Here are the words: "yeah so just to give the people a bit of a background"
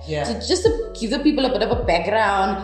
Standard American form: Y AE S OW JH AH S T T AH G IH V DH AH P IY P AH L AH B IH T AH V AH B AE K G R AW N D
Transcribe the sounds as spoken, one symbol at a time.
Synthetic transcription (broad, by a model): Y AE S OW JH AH S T T AH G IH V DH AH P IY P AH L AH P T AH P AH B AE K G R AW N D